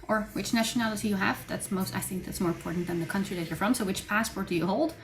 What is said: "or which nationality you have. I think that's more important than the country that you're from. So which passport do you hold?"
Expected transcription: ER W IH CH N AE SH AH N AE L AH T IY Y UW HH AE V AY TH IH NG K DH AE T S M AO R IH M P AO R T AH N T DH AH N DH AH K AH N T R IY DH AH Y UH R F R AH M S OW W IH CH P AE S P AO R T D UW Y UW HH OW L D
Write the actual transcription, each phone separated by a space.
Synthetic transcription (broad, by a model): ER W IH CH N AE SH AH N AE L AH T IY Y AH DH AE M AY TH IH NG K DH AE T S M AO R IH M P AO R T N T DH AH N DH AH K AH N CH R IY DH AH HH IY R F R AH M S OW W IH CH P AE S P AO R T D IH Y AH HH OW L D